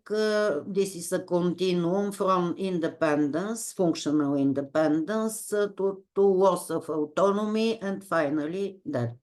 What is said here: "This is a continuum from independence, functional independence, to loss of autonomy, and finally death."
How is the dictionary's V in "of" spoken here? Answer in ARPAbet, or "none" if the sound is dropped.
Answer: F